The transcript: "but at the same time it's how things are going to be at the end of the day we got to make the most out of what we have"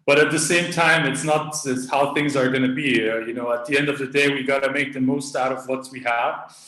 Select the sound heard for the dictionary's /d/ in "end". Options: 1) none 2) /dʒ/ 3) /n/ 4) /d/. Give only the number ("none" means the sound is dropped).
4